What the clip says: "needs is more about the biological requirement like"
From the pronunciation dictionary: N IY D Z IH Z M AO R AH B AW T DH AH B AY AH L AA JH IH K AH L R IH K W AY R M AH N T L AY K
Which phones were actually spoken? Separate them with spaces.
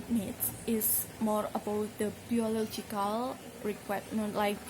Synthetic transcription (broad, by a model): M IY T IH S M AO R AH B AW T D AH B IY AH L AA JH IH K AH L R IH K W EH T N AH T L AY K